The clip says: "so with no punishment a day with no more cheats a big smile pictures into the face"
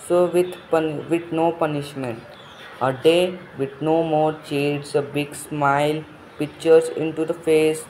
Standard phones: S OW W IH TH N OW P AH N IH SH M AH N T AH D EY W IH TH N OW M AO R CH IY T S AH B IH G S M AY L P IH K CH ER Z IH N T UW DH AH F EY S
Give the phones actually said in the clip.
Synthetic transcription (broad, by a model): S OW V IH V N OW P AH N IH SH M AH N T AH D EY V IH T N OW M AO R CH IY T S AH B IH G S M AY L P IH K CH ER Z IH N T UW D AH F EY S